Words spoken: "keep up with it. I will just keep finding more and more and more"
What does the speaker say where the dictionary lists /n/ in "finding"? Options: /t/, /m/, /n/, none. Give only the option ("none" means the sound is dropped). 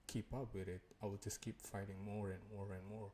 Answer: none